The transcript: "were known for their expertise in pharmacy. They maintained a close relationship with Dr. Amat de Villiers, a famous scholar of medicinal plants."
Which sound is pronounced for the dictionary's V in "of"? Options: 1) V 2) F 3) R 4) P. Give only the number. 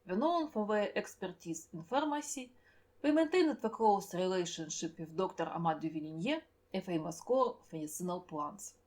2